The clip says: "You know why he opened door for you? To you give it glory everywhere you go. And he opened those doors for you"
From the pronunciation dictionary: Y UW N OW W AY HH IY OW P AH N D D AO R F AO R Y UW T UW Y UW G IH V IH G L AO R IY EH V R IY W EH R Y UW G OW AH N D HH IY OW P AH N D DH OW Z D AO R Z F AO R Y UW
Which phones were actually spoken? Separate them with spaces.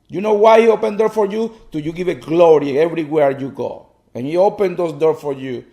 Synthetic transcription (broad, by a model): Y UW N OW W AY HH IY OW P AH N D D AO R F AO R Y UW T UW Y UW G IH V IH G L AO R IY EH V R IY W EH R Y UW G OW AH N HH IY OW P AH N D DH OW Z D AO R F AO R Y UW